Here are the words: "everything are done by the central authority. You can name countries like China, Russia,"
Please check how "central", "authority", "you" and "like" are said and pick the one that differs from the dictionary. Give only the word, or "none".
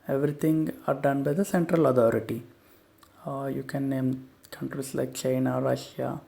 authority